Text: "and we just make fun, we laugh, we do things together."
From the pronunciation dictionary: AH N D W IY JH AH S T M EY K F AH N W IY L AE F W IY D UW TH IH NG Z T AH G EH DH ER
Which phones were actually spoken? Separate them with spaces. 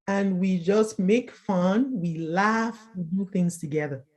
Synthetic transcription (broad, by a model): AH N W IY JH AH S T M EY K F AH N W IY L AE F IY D UW TH IH NG Z T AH G EH DH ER